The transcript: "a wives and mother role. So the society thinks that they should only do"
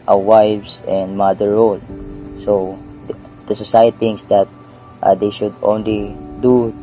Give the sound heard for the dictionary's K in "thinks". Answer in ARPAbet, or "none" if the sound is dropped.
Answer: none